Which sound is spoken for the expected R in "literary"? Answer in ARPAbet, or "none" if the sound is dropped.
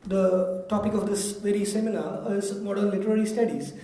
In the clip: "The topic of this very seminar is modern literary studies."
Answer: L